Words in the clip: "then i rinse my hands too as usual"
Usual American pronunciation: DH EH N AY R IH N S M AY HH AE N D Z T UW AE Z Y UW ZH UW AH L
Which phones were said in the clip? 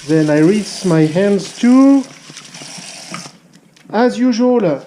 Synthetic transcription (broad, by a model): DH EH N AY R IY S M AY HH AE N D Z T UW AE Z Y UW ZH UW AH L